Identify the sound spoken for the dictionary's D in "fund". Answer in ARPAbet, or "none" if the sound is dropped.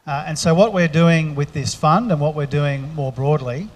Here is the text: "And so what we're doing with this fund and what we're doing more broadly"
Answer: D